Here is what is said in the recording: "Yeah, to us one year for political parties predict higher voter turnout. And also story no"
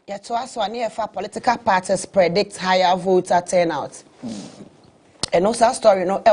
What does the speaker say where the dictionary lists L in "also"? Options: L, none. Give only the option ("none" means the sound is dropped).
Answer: none